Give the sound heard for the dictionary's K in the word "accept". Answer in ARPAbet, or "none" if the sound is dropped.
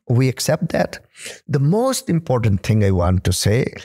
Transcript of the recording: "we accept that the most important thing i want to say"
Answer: K